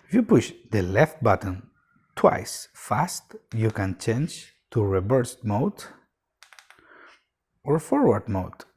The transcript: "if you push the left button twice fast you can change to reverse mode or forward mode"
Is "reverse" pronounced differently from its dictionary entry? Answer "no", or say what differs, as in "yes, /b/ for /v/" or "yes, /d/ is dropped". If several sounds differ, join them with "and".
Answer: yes, /b/ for /v/